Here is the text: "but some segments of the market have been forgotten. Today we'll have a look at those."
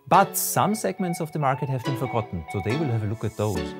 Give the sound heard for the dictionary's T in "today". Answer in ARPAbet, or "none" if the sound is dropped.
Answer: S